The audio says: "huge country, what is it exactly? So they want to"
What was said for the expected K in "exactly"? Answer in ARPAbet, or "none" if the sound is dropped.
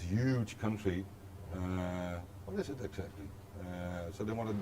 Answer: K